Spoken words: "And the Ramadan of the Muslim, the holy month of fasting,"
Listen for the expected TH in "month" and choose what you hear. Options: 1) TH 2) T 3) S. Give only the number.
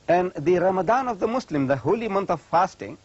2